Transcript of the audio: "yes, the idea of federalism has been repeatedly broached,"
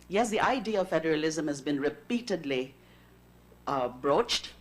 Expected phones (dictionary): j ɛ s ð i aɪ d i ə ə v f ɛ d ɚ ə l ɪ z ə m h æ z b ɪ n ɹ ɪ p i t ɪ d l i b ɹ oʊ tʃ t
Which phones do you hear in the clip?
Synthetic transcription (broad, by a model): j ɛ s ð i aɪ d i ə ə v f ɛ d ɚ ə l ɪ z ə m h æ z b ɪ n ɹ ɪ p i t ɪ d l i b ɹ oʊ tʃ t